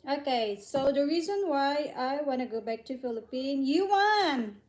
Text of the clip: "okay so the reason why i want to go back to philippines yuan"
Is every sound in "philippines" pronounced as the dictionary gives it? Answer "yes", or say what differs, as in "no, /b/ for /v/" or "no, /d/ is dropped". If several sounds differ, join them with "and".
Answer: no, /z/ is dropped